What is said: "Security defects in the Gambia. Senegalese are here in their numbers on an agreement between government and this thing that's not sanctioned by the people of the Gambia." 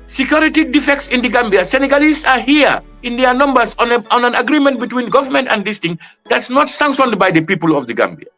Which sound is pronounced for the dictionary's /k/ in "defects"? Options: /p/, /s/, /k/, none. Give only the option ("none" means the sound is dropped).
/k/